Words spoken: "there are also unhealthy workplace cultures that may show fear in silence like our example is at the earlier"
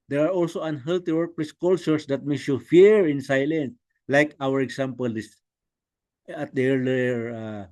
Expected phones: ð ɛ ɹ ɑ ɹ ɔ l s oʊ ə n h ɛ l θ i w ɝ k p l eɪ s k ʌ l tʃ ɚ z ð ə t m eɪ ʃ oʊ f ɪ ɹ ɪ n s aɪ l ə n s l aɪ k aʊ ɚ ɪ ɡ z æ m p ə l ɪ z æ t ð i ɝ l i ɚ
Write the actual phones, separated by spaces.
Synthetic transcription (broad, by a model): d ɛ ɹ ɑ ɹ ɔ l s oʊ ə n h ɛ l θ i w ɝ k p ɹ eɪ s k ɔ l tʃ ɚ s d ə t m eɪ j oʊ f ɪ ɹ ɪ n s aɪ l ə n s l aɪ k aʊ ɚ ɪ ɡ s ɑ m p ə l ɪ s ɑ t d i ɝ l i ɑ